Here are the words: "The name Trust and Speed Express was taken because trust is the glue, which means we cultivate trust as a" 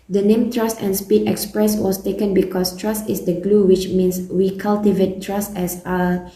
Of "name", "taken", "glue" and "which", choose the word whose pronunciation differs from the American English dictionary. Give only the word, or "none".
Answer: none